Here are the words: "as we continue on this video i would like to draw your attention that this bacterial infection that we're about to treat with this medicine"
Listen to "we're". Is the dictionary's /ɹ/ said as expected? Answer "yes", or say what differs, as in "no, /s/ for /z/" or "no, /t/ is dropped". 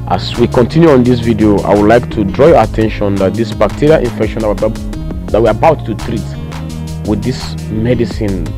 no, /w/ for /ɹ/